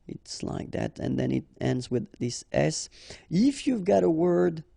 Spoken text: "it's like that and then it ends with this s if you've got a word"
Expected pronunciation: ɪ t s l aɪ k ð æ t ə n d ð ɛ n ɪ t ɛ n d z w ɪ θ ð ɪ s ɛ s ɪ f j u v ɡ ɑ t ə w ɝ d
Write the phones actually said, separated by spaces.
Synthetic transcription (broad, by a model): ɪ t s l aɪ k ð æ t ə n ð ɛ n ɪ t ɛ n d z w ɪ ð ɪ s ɛ s ɪ f j u v ɡ ɑ t ə w ɝ d